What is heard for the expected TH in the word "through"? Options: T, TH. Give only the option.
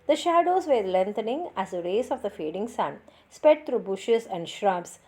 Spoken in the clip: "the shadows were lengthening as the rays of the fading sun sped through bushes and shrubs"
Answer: T